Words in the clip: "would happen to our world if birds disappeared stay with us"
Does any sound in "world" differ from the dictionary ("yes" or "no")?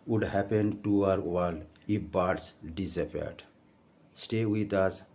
yes